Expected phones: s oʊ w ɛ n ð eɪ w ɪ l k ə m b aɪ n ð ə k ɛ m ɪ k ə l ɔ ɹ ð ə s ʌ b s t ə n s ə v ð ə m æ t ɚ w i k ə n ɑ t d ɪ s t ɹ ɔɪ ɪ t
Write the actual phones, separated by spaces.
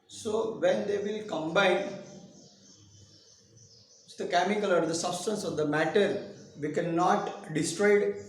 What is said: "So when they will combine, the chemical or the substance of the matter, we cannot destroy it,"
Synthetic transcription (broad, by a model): s oʊ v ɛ n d eɪ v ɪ l k ə m b aɪ n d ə k ɛ m ɪ k ə l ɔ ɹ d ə s ʌ b s t ə n s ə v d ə m æ t ɚ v i k ə n ɑ t d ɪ s t ɹ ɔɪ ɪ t